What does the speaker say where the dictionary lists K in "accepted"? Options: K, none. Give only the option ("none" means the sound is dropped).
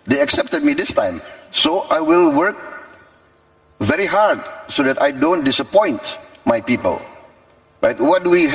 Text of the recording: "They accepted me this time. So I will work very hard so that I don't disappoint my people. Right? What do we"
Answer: K